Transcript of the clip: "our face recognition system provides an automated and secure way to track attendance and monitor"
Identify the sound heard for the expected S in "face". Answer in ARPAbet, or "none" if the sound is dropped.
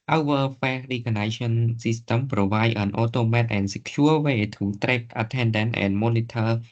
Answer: none